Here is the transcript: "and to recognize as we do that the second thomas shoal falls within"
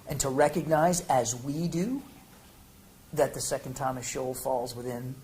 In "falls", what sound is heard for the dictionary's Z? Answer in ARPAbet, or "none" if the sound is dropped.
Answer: Z